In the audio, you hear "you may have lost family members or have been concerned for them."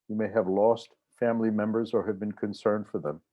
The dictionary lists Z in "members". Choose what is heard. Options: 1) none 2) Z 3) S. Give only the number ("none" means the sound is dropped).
2